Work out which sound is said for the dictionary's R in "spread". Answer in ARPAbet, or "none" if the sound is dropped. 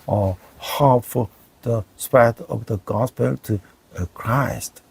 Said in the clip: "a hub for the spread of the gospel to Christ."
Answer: none